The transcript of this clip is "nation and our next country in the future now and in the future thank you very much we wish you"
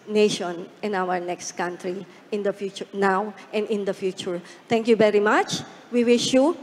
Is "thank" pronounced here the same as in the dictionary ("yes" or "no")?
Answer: no